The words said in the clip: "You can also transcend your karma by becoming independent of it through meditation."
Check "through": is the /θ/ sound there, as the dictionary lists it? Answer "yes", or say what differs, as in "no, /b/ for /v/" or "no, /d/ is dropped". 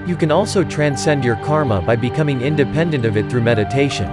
yes